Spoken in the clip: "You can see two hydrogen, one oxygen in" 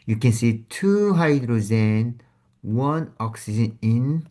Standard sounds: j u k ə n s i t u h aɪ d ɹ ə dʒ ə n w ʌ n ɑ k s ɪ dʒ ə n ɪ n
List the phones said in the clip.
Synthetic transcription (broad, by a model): j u k ə n s i t u h aɪ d ɹ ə z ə n w ʌ n ɑ k s ɪ dʒ ə n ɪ n